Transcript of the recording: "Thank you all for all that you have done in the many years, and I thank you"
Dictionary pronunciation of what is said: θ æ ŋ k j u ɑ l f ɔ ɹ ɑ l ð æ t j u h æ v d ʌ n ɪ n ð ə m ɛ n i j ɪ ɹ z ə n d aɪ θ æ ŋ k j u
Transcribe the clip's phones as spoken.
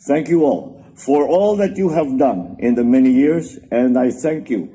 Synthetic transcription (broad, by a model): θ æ ŋ k j u ɑ l f ɔ ɹ ɑ l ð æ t j u h æ v d ʌ n ɪ n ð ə m ɛ n i j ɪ ɹ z ə n d aɪ θ æ ŋ k j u